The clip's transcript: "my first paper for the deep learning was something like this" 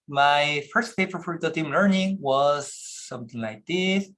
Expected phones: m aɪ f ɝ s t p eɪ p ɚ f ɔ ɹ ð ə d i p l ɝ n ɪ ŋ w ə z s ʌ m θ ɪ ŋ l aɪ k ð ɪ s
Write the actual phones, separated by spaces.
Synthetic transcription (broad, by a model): m aɪ f ɝ s t f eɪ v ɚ f ɔ ɹ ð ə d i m l ɝ n ɪ ŋ w ə z s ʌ m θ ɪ ŋ l aɪ k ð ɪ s